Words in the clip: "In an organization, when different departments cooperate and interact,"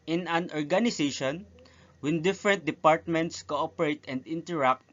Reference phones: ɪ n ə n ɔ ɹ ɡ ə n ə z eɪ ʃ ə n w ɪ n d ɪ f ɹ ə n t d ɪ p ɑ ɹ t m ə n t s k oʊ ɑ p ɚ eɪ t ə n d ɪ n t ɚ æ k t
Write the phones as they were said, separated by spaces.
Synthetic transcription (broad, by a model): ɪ n ə n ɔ ɹ ɡ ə n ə s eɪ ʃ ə n w ɪ n d ɪ f ɹ ə n t d ɪ p ɑ ɹ t m ə n t s k oʊ ɑ p ɚ eɪ t ə n d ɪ n t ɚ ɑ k t